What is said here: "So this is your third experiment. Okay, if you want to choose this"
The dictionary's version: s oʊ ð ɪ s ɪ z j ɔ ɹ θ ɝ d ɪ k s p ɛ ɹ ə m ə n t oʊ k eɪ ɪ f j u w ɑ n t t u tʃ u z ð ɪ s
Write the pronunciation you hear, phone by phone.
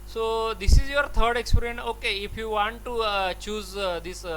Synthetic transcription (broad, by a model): s oʊ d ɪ s ɪ z j ɔ ɹ t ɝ d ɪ k s p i ɹ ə ə n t oʊ k eɪ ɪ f j u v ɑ n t t u tʃ u z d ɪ s